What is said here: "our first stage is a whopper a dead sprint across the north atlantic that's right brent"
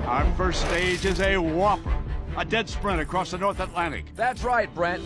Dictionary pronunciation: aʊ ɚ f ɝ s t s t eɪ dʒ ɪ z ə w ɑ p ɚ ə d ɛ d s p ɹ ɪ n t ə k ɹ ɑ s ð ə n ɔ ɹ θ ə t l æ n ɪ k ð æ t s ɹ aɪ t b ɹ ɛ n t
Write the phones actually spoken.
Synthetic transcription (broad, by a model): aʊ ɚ f ɝ s t s t eɪ dʒ ɪ z ə w ɑ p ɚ ə d ɛ d s p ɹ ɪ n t ə k ɹ ɑ s ð ə n ɔ ɹ θ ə t l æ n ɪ k ð æ t s ɹ aɪ t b ɹ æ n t